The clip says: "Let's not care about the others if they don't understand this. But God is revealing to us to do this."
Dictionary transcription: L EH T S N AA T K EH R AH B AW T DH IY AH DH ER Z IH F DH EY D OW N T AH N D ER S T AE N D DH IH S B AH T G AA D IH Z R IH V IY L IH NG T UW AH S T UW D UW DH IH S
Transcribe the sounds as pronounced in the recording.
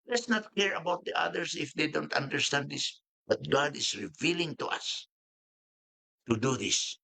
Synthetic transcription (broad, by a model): L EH T S N AA T K EH R AH B AW T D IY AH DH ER S IH F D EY D OW N T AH N D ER S T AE N D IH S B AH T G AA D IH S R IH V IY L IH NG T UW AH S T UW D UW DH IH S